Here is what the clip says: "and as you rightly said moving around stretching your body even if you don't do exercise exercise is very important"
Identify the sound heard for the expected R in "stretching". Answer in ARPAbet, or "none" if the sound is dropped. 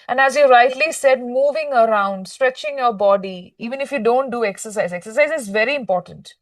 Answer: R